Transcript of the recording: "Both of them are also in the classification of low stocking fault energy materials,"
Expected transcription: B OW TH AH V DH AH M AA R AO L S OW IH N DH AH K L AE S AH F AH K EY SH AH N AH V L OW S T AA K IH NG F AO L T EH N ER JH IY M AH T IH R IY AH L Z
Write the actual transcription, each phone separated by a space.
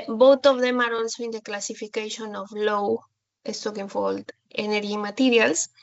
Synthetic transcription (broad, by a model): B OW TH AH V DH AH M AA R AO N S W IH N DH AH K L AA S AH F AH K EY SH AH N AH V L OW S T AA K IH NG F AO L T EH N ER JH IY M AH T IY R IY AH L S